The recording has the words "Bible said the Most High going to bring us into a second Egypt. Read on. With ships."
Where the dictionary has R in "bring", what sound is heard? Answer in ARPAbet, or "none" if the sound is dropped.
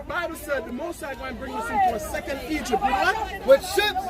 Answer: R